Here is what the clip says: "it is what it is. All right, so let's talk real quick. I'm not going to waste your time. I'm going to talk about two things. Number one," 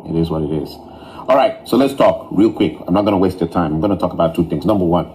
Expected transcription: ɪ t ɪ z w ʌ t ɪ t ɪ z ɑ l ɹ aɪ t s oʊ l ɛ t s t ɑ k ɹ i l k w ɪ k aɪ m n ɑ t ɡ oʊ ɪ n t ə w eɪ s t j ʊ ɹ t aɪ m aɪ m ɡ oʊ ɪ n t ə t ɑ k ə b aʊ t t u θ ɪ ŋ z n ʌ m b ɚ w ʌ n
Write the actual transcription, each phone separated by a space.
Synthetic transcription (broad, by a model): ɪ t ɪ z w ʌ t ɪ t ɪ z ɑ l ɹ aɪ t s oʊ l ɛ t s t ɑ k ɹ i l k w ɪ k aɪ m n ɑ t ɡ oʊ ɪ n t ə w eɪ s t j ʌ t aɪ m aɪ m ɡ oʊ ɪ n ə t ɑ k ə b aʊ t t u θ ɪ ŋ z n ʌ m b ɚ w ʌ n